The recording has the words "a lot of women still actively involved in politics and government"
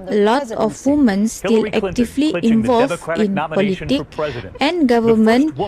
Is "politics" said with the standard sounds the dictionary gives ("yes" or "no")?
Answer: no